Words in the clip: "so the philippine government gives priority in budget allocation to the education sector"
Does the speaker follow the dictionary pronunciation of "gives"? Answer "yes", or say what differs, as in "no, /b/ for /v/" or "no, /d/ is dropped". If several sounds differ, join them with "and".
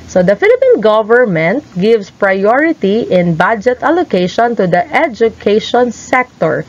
no, /s/ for /z/